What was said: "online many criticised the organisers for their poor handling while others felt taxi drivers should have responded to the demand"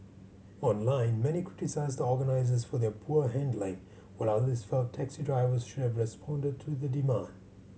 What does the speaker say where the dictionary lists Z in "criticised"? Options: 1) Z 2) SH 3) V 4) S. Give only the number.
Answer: 1